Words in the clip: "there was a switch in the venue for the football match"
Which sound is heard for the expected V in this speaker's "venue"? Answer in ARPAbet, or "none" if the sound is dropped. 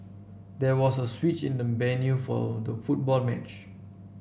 B